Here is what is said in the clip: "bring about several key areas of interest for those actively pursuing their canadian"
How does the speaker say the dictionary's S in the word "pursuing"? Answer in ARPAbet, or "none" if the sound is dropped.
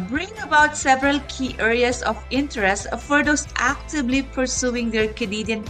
S